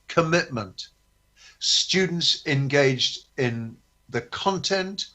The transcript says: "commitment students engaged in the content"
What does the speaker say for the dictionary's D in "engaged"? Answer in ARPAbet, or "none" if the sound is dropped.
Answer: D